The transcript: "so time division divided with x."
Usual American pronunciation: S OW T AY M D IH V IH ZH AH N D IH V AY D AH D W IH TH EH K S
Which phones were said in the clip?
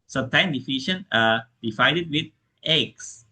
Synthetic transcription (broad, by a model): S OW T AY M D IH F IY SH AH N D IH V AY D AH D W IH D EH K S